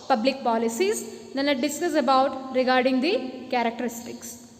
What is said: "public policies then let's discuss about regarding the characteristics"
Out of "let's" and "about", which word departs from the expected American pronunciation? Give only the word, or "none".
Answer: let's